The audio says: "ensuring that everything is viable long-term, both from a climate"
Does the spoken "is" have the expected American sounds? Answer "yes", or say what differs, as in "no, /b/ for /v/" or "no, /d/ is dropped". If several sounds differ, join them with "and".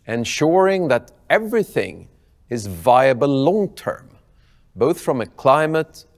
yes